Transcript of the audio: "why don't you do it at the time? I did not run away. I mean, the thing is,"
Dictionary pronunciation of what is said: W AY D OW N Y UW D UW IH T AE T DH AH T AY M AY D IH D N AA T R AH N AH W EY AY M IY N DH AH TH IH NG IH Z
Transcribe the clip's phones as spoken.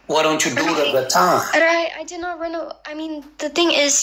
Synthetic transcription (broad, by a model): W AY D OW N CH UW D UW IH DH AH T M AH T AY AY D IH D N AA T R AH N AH AY M IY N DH AH TH IH NG IH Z